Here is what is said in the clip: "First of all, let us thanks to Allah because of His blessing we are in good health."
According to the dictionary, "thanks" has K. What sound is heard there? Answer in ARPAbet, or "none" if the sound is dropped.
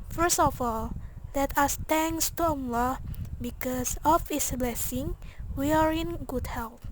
none